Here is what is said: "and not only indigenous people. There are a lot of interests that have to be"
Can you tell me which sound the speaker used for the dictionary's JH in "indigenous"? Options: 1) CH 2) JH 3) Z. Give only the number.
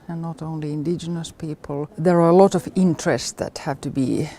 2